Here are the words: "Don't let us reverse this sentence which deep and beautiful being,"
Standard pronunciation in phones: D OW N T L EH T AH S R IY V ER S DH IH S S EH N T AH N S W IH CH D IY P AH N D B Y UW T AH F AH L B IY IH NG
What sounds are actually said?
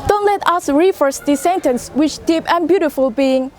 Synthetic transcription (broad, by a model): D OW N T L EH T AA S R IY F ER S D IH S S EH N T AH N S W IH CH D IY P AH N B Y UW T AH F AH L B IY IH NG